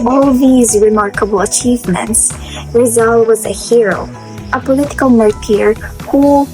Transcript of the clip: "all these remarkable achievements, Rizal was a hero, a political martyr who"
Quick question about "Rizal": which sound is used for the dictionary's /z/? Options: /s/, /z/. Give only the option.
/z/